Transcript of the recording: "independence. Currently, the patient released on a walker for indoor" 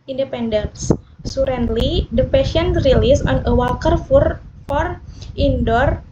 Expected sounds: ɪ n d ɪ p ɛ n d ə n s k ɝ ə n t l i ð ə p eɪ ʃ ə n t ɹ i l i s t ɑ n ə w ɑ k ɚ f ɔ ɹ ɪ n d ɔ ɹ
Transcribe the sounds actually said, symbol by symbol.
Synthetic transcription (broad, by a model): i n d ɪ p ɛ n d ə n s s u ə n l i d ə p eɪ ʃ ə n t ɹ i l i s ɑ n ə w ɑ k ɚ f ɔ ɹ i n d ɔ ɹ